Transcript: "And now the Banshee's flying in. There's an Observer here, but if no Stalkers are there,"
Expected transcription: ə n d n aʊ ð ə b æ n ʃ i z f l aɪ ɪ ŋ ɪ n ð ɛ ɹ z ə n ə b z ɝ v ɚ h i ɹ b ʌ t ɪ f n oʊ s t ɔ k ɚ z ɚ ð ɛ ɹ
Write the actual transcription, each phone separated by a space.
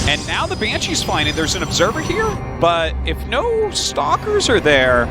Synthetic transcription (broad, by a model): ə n n aʊ ð ə b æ n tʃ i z f aɪ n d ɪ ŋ ð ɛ ɹ z ə n ə b z ɝ v ɚ h i ɹ b ʌ t ɪ f n oʊ s t ɔ k ɚ z ɚ ð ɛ ɹ